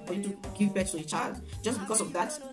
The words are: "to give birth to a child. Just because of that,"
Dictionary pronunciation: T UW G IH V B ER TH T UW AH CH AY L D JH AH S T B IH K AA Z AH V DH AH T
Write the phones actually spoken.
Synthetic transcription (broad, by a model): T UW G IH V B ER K T UW AH CH AY L D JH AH S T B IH K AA S AH V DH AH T